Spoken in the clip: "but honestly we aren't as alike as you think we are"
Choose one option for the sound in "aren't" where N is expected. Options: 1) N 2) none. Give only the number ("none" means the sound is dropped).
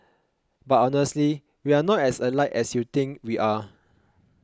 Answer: 2